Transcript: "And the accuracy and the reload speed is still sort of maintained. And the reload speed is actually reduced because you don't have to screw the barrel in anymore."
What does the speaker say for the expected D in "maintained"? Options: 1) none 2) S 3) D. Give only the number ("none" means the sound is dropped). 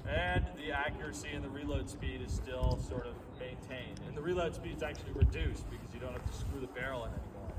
3